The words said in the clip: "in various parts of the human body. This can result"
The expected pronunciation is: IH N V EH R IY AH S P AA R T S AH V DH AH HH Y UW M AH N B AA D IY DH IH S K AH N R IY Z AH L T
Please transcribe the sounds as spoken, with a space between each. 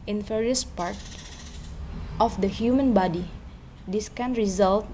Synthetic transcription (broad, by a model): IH N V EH R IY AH S P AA R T AH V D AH HH Y UW M AH N B AA D IY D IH S K AH N R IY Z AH L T